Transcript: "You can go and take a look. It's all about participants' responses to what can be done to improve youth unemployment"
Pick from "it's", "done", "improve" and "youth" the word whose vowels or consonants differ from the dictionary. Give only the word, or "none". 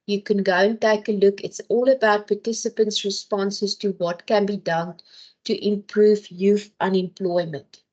youth